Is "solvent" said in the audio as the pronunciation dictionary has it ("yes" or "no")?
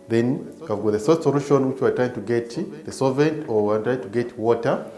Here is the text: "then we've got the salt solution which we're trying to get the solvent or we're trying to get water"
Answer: no